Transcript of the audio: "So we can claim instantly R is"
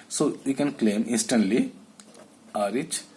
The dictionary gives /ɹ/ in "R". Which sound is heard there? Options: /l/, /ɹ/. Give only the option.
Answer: /ɹ/